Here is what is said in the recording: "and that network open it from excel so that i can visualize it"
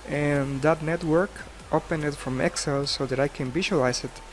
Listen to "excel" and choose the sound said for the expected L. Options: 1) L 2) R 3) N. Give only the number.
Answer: 1